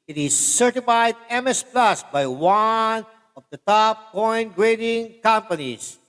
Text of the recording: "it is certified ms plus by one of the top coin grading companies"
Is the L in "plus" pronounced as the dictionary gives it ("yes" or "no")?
yes